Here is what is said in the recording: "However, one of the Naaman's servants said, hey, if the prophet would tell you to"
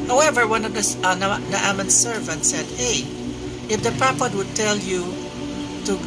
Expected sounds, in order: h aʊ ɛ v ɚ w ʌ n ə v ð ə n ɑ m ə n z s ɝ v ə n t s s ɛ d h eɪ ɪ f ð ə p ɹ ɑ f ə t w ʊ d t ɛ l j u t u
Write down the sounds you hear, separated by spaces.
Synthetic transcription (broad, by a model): h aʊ ɛ v ɚ w ʌ n ə v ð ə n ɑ m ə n s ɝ v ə n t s s ɛ d h eɪ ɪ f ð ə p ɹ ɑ p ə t w ʊ d t ɛ l j u t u